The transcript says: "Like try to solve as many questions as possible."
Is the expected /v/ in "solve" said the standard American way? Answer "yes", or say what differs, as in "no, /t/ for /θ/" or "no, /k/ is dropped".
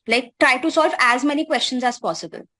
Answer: yes